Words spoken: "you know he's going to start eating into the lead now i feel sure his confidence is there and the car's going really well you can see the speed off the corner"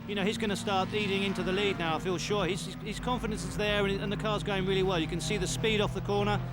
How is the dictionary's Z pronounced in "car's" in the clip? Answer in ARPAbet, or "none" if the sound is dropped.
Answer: Z